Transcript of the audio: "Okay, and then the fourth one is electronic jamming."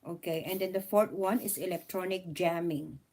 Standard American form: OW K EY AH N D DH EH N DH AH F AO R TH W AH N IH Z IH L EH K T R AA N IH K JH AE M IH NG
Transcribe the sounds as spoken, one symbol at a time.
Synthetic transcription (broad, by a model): OW K EY AH N D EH N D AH F AO R T W AH N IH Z IH L EH K T R AA N IH K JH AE M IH NG